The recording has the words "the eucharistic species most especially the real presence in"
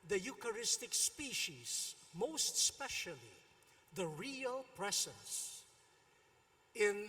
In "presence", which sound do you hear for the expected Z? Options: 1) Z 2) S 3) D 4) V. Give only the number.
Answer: 2